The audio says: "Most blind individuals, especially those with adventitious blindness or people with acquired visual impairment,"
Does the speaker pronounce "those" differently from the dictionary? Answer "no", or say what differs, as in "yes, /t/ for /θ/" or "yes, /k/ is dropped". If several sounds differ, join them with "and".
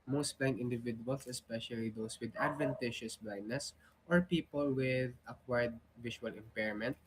yes, /s/ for /z/